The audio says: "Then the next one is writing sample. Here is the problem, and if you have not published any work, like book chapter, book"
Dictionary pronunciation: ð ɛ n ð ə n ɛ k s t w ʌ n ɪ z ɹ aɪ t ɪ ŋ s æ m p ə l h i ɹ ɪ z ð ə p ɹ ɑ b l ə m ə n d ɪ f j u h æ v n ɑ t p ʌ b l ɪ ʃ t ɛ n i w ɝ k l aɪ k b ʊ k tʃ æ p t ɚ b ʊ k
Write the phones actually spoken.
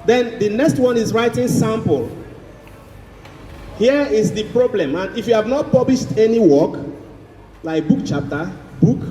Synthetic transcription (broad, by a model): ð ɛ n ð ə n ɛ k s t w ʌ n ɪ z ɹ aɪ t ɪ ŋ s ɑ m p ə l h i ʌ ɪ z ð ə p ɹ ɑ b l ə m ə n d ɪ f j u h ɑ v n ɑ t p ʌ b l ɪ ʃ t ɛ n i w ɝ k l aɪ k b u k tʃ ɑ p t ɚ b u k